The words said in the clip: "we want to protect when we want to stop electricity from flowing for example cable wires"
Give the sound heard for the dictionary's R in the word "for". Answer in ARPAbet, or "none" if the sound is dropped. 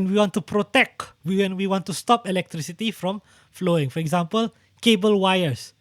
R